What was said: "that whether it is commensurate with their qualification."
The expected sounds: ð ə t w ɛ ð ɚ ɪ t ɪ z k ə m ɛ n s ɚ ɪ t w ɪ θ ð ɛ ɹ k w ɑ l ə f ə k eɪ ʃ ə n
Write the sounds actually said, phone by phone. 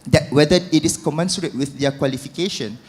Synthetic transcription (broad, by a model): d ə t w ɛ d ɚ ɪ t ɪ s k ə m ɛ n s ɚ ɪ t w ɪ θ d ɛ k w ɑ l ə f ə k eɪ ʃ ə n